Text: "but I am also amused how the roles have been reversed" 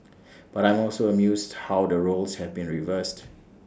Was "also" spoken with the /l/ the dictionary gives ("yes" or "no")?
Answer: yes